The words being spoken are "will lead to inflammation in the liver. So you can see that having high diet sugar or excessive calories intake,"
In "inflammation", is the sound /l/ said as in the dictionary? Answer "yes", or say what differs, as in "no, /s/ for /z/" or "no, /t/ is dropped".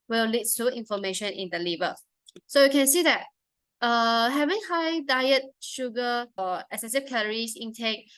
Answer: no, /l/ is dropped